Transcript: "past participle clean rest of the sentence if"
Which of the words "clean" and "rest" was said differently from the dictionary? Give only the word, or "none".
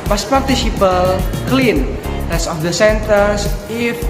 rest